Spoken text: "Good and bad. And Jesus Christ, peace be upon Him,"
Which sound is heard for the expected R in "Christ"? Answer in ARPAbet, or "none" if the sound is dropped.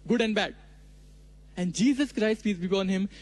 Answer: R